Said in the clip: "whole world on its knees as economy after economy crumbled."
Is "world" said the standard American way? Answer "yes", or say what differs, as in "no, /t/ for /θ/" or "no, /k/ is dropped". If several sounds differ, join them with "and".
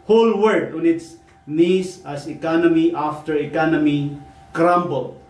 no, /l/ is dropped